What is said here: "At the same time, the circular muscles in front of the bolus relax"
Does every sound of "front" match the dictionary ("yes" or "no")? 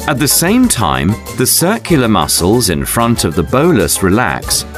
yes